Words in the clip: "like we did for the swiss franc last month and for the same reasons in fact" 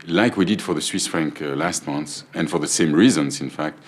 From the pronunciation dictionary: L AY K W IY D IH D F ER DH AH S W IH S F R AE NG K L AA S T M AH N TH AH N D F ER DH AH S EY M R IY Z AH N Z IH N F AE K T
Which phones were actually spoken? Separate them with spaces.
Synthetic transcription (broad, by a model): L AY K W IY D IH D F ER DH AH S W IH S F R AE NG K L AA S T M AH N S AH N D F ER DH AH S EY M R IY Z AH N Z IH N F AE K T